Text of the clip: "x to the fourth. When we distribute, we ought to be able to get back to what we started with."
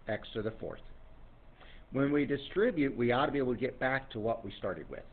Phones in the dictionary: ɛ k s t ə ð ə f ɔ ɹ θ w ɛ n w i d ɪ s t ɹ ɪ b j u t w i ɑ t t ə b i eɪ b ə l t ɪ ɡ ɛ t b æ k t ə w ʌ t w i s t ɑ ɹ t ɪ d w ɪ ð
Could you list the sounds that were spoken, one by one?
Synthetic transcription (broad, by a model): ɛ k s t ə ð ə f ɔ ɹ θ w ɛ n w i d ɪ s t ɹ ɪ b j u t w i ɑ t t ə b i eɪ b l t ɪ ɡ ɛ t b æ k t ə w ʌ t w i s t ɑ ɹ t ɪ d w ɪ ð